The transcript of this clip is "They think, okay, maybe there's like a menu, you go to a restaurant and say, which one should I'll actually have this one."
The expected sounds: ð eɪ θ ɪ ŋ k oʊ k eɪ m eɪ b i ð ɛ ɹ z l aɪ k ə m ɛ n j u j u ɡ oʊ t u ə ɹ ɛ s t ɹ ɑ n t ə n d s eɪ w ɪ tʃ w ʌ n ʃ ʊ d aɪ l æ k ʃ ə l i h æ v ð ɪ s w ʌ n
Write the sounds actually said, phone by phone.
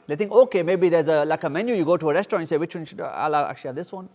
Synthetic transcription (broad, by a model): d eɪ t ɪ ŋ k oʊ k eɪ m eɪ b i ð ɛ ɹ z l aɪ k ə m ɛ n j u j u ɡ oʊ t u ə ɹ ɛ s t ʌ t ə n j s eɪ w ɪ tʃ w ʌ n ʃ ʊ d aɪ l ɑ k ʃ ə i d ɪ s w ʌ n